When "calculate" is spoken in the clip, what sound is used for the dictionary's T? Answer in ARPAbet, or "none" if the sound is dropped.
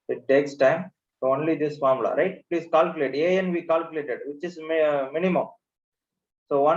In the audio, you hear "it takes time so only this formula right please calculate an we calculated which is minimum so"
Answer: none